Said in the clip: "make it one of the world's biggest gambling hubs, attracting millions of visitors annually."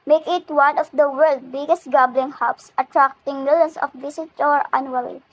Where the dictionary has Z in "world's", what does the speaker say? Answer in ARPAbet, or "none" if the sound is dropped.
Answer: none